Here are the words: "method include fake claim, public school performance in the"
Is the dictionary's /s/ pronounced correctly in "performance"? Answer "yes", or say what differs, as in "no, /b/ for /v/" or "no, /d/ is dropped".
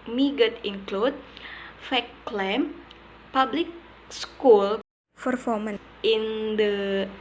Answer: no, /s/ is dropped